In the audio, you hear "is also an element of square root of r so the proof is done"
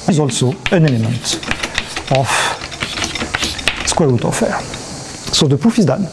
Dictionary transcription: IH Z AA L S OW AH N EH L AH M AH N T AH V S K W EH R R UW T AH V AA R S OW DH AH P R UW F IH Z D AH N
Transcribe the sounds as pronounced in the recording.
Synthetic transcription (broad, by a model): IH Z AA L S OW AH N EH L AH M AH N T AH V S K W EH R R UW T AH F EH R S OW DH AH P UW F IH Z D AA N